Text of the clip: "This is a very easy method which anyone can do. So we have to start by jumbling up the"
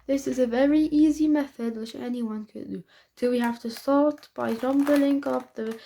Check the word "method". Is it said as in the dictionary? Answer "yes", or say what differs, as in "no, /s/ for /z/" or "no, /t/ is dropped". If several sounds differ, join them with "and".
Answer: yes